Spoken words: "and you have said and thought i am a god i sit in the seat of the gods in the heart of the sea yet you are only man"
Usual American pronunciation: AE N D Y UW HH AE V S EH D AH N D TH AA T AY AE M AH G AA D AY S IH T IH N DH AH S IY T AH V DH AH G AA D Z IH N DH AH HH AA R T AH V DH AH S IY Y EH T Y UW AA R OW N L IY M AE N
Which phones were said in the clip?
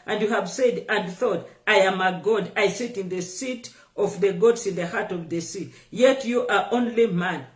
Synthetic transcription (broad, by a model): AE N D Y UW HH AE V S EH D AH N D TH AA T AY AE M AH G AA D AY S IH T IH N DH AH S IY T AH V DH AH G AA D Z IH N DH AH HH AA R T AH V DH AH S IY Y EH T Y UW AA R OW N L IY M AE N